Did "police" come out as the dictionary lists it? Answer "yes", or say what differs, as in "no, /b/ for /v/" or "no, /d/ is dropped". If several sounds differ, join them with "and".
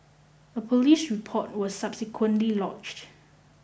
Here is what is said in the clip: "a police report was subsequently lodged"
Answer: yes